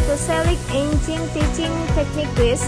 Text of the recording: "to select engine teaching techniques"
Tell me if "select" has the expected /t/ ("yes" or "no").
no